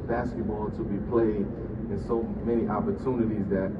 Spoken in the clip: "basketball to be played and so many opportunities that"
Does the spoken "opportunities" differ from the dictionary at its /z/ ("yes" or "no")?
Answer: no